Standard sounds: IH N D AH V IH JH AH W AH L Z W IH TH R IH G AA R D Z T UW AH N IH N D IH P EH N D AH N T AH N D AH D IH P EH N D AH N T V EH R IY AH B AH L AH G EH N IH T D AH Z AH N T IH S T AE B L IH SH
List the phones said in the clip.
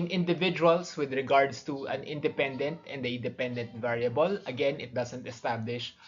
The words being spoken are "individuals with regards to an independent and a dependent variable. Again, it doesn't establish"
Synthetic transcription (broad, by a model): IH N D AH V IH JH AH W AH L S W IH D R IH G AA R D S T UW AH N IH N D IH P EH N D AH N T AH N D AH D IH P EH N D AH N T V EH R IY AH B AH L AH G EH N IH T D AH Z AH N T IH S T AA B L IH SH